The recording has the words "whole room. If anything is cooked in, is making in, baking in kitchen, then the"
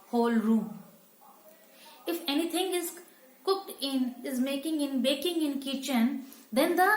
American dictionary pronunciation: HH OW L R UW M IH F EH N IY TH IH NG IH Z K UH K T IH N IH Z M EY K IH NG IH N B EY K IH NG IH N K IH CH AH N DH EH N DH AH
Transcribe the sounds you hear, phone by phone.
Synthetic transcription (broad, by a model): HH OW L R UW M IH F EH N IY T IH NG IH Z K UH K T IH N IH Z M EY K IH NG IH N B EY K IH NG IH N K IH CH AH N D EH N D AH